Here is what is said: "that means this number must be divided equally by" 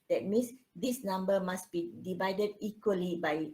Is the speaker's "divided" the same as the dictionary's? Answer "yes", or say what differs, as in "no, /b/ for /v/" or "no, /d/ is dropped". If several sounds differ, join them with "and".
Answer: yes